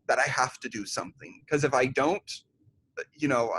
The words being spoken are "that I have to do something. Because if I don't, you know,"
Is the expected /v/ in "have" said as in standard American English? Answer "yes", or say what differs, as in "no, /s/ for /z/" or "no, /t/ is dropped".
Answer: no, /f/ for /v/